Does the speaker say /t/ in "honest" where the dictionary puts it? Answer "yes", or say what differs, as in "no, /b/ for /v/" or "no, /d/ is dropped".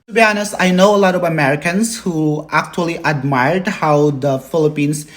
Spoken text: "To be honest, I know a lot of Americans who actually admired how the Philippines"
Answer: no, /t/ is dropped